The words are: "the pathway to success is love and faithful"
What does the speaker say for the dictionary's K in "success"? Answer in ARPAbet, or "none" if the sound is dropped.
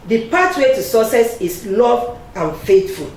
none